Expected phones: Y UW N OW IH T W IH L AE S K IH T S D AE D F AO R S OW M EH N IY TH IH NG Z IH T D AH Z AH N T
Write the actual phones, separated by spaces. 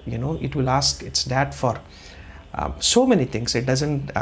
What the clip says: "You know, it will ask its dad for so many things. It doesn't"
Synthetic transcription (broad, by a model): Y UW N OW IH T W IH L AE S K IH T S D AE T F AO R S OW M EH N IY T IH NG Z IH T D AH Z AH N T